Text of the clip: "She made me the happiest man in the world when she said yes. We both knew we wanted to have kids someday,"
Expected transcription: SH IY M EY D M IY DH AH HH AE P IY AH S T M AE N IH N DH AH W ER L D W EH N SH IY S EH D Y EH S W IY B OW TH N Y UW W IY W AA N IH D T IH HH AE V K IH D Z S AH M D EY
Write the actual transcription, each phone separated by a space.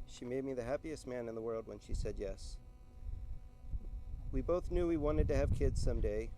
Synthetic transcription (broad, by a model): SH IY M EY D M IY DH AH HH AE P IY AH S T M AE N IH N DH AH W ER L D W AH N SH IY S EH D Y EH S W IY B OW TH N Y UW W IY W AA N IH D T IH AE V K IH D Z S AH M D EY